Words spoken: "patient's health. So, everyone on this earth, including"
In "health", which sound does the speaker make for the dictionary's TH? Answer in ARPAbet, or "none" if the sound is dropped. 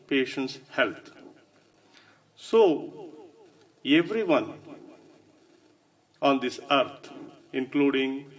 T